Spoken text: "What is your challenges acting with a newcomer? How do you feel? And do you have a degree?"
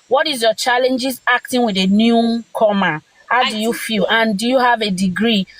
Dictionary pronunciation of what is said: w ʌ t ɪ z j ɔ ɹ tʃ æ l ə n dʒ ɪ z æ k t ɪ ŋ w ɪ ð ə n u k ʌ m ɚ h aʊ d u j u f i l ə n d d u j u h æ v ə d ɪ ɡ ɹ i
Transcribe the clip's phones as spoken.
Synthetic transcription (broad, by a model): w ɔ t ɪ z j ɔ tʃ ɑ l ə n dʒ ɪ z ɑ k t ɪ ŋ w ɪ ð ə n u k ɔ m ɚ h aʊ d u j u f i l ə n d d u j u h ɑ v ə d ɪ ɡ ɹ i